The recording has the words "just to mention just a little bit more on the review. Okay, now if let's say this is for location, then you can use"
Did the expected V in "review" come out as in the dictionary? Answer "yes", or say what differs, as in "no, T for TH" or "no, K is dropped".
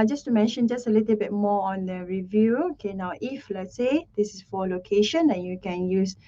yes